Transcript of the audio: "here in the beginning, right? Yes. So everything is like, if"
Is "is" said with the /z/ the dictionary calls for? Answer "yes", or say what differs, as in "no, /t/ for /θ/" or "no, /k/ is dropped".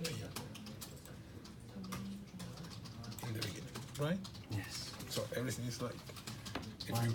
no, /s/ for /z/